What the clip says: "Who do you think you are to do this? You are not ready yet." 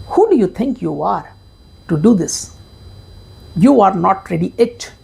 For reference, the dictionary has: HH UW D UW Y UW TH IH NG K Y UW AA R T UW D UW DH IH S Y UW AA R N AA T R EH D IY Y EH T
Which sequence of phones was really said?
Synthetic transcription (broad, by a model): HH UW D UW Y UW T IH NG K Y UW AA R T UW D UW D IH S Y UW AA R N AA T R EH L IY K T